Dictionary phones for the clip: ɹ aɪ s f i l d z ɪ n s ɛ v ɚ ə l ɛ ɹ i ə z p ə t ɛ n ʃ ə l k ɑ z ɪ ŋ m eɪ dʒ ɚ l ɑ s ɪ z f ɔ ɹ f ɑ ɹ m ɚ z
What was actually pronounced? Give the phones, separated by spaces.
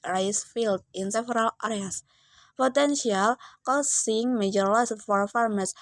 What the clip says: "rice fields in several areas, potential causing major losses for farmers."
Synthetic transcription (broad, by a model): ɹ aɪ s f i l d ɪ n s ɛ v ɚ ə l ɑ ɹ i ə s p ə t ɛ n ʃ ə l k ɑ s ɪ ŋ m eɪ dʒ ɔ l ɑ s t f ɔ ɹ f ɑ ɹ m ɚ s